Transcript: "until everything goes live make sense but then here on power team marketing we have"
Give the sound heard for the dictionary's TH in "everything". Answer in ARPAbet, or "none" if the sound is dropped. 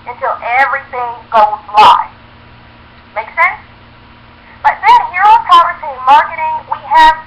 TH